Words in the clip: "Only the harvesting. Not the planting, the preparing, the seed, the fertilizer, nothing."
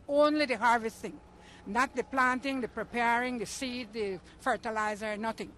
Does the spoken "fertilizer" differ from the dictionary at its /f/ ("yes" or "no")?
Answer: no